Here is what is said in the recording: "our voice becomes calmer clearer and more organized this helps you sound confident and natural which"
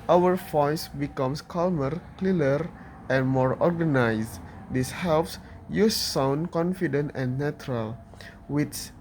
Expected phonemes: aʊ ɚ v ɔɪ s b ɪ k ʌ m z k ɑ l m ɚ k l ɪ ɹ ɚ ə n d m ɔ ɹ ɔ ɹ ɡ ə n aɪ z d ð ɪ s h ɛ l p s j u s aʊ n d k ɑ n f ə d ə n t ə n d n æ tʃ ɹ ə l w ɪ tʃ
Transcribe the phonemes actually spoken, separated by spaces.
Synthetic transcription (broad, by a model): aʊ ɚ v ɔɪ s b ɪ k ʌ m s k ɑ l m ɚ k l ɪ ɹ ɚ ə n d m ɔ ɹ ɔ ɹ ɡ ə n aɪ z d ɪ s h ɛ l p s j u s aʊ n k ɑ n f ə d ə n t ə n n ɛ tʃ ɹ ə l w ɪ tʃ